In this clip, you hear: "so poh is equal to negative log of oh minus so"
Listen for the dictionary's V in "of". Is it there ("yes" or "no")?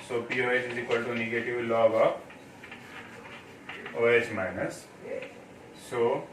no